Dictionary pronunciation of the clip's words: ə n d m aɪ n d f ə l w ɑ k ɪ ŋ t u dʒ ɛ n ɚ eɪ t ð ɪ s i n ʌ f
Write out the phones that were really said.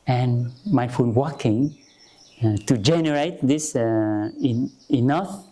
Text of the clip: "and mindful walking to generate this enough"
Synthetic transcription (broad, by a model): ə n m aɪ f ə n w ɑ k ɪ ŋ t u dʒ ɛ n ɚ eɪ t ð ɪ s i n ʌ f